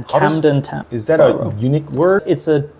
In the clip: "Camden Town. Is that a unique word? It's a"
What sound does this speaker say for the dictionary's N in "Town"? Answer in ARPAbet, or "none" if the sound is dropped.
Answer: none